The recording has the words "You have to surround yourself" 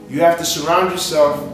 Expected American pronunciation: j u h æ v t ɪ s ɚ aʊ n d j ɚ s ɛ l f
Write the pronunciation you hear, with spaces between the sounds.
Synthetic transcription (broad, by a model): j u h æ f t ɪ s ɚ aʊ n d j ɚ s ɛ l f